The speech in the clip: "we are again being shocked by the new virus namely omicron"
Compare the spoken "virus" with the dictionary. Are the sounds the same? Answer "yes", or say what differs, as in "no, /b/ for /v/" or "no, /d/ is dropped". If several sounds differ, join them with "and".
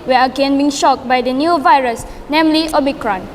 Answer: yes